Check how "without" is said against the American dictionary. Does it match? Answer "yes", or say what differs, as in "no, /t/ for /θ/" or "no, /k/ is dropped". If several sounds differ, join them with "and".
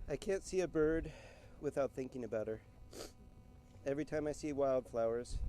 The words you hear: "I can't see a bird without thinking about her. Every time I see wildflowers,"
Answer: yes